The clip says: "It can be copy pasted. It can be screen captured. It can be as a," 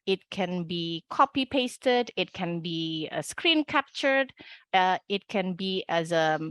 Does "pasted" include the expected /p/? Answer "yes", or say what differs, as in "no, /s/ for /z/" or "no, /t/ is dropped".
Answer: yes